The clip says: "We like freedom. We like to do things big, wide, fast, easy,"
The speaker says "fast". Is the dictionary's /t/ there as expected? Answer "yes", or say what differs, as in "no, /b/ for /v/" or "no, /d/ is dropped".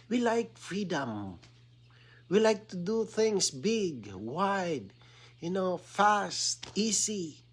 yes